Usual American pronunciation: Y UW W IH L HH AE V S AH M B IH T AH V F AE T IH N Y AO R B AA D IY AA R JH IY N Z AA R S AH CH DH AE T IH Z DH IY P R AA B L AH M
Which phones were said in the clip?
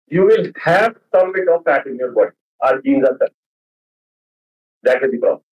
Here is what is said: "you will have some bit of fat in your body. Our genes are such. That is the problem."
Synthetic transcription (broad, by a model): Y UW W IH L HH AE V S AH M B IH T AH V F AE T IH N Y AO R B AA D IY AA L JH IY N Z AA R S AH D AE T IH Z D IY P R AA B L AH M